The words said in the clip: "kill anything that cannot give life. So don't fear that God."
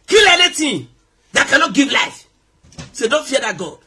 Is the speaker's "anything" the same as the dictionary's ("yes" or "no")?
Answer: no